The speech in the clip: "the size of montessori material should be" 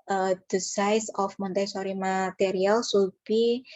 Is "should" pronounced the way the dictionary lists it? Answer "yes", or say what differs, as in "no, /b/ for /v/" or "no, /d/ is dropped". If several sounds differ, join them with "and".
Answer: no, /s/ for /ʃ/